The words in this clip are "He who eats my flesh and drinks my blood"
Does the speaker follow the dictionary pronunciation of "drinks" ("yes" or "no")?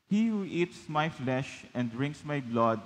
yes